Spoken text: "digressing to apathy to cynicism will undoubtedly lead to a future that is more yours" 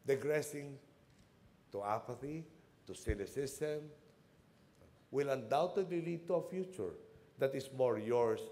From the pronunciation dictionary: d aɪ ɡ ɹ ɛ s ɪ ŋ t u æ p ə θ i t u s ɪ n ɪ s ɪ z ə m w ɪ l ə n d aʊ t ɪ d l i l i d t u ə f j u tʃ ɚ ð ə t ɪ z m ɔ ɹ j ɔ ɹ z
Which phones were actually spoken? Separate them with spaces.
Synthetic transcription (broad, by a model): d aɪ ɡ ɹ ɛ s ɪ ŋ t u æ p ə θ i t u s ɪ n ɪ s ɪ s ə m w ɪ l ə n d aʊ t ɪ d l i l i d t u ə f j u tʃ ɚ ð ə t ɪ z m ɔ ɹ j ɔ ɹ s